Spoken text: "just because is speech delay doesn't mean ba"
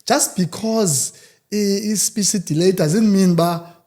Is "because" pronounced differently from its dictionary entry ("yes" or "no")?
no